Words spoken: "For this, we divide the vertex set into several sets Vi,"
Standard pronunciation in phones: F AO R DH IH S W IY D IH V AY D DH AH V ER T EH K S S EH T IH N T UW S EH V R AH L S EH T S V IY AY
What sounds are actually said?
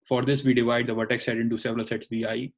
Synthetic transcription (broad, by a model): F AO R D IH S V IY D IH V AY D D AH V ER T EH K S S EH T IH N T UW S EH V R AH L S EH T S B IY AY